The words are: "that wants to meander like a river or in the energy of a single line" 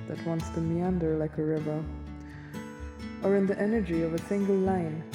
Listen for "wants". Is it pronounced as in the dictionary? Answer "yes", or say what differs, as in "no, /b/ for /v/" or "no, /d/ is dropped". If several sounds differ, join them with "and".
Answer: yes